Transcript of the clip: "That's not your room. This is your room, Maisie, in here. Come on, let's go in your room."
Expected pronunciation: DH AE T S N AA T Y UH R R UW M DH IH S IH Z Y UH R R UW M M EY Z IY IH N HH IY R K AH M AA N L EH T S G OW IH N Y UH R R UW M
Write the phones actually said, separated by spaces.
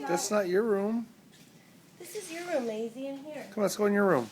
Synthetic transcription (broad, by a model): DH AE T S N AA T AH R R UW M DH IH S IH Z Y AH R R UW M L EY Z IY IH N HH IY R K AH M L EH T S G OW IH N Y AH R R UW M